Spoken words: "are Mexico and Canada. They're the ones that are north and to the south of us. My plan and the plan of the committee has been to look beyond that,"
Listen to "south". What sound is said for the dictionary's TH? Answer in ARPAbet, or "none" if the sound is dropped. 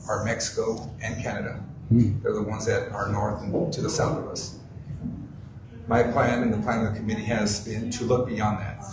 TH